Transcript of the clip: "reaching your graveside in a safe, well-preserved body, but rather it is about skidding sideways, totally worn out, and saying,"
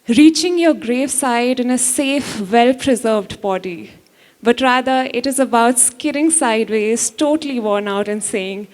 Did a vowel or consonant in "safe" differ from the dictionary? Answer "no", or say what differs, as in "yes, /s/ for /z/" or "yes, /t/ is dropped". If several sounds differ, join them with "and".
no